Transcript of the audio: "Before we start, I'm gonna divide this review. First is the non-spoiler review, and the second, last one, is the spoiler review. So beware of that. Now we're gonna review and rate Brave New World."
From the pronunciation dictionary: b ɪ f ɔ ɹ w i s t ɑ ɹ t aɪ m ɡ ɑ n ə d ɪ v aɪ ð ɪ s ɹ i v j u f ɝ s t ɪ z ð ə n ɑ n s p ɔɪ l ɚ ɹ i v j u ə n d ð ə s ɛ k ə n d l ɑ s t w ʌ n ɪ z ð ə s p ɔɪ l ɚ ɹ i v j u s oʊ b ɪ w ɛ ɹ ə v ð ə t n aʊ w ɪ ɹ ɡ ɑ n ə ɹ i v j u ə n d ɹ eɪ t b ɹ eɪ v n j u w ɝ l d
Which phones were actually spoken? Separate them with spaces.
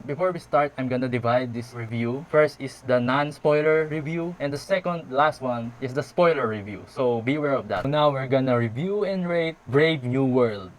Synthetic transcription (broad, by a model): b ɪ f ɔ ɹ w i s t ɑ ɹ t aɪ m ɡ ɑ n ə d ɪ v aɪ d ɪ s ɹ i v j u f ɝ s t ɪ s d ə n ɑ n s p ɔɪ l ɚ ɹ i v j u ə n d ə s ɛ k ə n d l ɑ s t w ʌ n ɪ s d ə s p ɔɪ l ɚ ɹ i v j u s oʊ b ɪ w ɛ ɹ ə v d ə t n aʊ w ɪ ɹ ɡ ɑ n ə ɹ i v j u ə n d ɹ eɪ t b ɹ eɪ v n j u w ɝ l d